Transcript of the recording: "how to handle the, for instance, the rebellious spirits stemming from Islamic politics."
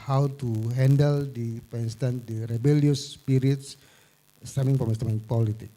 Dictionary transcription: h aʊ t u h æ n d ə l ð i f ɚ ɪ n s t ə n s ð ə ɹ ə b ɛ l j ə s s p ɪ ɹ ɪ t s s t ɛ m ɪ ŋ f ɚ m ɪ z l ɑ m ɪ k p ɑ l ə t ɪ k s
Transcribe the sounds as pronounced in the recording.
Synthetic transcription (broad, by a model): h aʊ t u h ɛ n d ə l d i p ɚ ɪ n s t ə n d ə ɹ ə b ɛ l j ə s s p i ɹ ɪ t s s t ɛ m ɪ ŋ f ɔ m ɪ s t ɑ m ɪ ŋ p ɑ l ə t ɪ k